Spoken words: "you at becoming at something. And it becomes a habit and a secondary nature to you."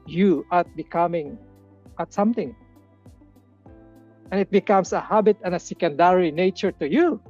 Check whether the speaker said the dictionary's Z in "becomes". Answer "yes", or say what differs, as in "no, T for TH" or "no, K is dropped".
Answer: no, S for Z